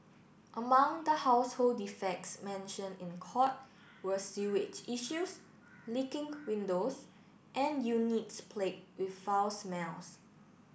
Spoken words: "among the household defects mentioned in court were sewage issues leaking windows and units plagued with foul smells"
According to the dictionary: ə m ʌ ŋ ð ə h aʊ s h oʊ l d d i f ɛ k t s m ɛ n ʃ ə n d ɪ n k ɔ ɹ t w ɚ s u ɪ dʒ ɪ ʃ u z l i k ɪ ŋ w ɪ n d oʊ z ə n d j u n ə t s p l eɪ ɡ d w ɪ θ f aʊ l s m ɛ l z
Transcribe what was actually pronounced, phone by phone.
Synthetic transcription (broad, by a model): ə m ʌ ŋ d ə h aʊ s h oʊ l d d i f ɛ k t s m ɛ n ʃ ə n ɪ n k ɔ t w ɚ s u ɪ tʃ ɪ ʃ u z l i k ɪ ŋ w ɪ n d oʊ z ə n j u n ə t s p l eɪ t w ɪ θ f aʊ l s m ɛ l s